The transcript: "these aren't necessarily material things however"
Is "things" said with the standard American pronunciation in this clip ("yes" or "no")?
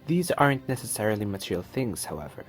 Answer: yes